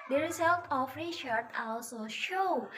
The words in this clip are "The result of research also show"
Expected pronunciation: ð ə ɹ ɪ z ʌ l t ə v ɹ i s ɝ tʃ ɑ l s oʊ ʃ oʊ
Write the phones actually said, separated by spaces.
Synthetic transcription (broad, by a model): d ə ɹ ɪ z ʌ l t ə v ɹ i ʃ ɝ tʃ ɑ l s oʊ ʃ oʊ